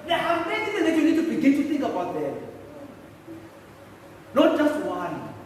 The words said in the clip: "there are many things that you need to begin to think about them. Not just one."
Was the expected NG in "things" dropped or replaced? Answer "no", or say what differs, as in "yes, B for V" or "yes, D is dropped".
yes, NG is dropped